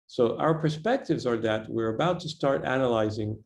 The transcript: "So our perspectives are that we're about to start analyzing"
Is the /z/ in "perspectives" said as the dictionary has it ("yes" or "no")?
yes